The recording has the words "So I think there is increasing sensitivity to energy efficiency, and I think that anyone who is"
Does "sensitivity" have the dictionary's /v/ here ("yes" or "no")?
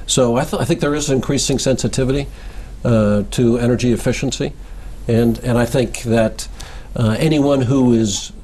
yes